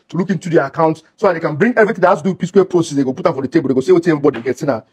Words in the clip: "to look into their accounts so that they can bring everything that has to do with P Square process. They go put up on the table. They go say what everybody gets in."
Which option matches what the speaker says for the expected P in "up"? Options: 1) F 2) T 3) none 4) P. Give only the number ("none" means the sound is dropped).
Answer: 1